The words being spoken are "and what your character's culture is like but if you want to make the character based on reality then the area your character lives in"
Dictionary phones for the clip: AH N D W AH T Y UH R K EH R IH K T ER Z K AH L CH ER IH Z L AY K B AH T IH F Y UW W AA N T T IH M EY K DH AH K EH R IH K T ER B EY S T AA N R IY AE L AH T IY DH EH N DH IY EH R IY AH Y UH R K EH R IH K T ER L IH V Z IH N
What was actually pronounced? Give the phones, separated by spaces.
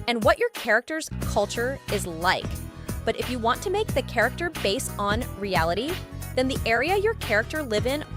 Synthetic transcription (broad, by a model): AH N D W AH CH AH R K EH R IH K T ER Z K AH L CH ER IH Z L AY K B AH T IH F Y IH W AA N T T IH M EY K DH AH K EH R IH K T ER B EY S T N R IY AE L AH T IY DH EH N DH IY EH R IY AH Y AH R K EH R IH K T ER L IH V IH N